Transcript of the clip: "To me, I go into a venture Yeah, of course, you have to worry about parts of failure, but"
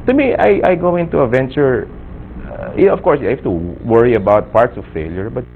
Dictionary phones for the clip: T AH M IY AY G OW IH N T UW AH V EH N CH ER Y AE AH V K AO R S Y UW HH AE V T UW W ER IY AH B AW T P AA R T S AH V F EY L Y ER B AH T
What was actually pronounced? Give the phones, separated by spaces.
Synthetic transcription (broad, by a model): T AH M IY AY G OW IH N T UW AH V EH N CH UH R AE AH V K AO R S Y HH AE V T UW W ER IY AH B AW T P AA R T S AH V F EY L Y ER B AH T